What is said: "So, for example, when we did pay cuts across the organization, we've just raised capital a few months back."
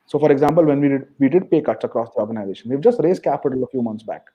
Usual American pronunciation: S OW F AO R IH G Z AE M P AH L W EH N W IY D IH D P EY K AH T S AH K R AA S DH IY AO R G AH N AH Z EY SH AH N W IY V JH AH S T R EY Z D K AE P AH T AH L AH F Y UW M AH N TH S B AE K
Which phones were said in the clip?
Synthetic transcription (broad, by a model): S OW F AO R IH G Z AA M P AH L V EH N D IY D IH D P EY K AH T AH K R AA S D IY AO R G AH N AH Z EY SH AH N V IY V JH AH S T R EY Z K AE P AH T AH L AH F Y UW M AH N T S B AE K